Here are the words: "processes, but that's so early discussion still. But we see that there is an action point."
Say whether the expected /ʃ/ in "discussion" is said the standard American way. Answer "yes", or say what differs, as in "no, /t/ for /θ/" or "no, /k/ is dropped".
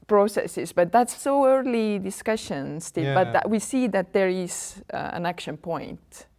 yes